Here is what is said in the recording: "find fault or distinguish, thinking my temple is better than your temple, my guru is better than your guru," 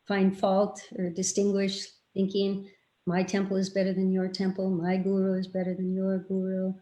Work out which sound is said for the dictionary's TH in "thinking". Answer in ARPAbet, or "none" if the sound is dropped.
TH